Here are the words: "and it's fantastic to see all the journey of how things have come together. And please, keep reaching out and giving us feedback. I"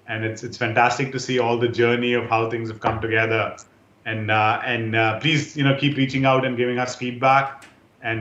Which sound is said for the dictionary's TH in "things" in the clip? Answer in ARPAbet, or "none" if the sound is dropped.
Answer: T